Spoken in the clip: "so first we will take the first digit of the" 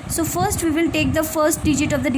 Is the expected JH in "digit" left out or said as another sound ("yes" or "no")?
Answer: no